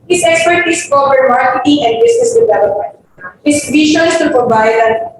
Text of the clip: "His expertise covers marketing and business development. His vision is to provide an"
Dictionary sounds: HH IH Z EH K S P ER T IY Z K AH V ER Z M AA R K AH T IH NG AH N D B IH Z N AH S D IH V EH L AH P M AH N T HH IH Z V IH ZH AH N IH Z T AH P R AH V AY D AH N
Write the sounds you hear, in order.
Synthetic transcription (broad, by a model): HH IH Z EH K S P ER T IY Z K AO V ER M AA R K AH T IH NG AH N D B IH S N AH S D IH V EH L AH P M AH N T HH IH S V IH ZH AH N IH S T AH P R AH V AY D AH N